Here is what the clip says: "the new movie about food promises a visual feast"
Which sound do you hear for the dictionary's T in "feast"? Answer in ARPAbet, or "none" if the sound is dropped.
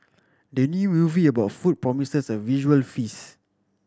none